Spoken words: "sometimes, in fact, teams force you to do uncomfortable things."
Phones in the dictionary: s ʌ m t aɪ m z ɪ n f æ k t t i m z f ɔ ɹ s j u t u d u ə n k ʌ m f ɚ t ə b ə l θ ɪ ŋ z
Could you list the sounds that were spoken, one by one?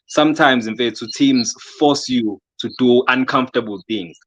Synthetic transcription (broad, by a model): s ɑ m t aɪ m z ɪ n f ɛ t t i m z f ɔ s j u t u d u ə n k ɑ m f t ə b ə l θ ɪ ŋ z